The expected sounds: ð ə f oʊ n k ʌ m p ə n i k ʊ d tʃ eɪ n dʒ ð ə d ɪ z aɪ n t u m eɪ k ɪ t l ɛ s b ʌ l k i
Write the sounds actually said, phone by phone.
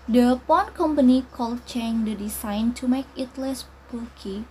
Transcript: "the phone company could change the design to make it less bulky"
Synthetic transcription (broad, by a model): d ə p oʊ n k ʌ m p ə n i k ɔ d tʃ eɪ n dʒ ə d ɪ s aɪ n t u m eɪ k ɪ t l ɛ s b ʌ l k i